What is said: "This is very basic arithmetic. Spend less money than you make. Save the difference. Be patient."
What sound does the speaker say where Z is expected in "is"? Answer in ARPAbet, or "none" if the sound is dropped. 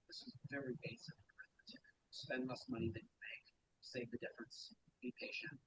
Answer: Z